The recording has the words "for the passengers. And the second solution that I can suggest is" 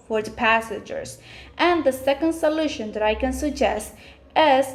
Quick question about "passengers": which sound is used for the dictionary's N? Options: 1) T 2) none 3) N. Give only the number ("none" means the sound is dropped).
2